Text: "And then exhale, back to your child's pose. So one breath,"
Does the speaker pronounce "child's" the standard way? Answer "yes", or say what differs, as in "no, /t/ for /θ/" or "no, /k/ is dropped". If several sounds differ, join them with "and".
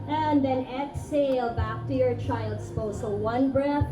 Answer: no, /s/ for /z/